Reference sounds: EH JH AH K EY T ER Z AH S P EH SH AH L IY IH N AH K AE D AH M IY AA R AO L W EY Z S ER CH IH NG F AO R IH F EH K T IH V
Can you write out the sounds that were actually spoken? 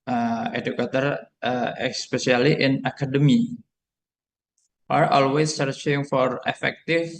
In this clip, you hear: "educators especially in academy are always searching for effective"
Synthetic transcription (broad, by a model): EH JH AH K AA T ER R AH S P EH S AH L IY IH N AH K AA D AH M IY AA R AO L W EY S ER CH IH NG F AO R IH F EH K T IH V